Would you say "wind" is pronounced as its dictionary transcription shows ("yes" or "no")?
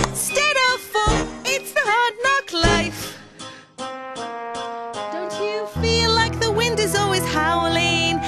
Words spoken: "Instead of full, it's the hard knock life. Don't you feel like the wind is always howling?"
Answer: yes